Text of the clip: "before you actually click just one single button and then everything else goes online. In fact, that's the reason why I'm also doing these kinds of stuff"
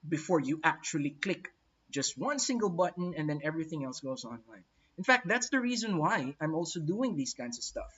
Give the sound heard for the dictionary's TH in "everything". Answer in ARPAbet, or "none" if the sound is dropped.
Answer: TH